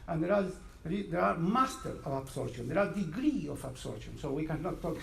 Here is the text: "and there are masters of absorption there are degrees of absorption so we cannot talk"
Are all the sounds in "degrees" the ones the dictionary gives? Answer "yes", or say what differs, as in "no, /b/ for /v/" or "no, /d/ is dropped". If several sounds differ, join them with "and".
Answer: no, /z/ is dropped